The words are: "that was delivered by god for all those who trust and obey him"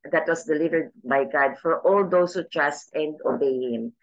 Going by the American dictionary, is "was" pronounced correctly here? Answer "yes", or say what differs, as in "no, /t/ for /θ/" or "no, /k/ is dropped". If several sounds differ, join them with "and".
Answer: no, /s/ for /z/